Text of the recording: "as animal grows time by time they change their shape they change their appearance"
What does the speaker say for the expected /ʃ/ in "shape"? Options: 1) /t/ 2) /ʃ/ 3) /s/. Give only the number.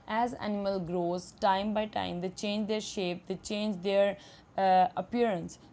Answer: 2